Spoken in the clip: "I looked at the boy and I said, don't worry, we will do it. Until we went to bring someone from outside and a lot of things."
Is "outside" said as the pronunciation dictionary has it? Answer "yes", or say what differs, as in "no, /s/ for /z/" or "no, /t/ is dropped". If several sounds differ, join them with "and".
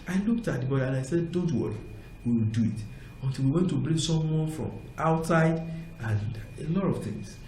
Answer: yes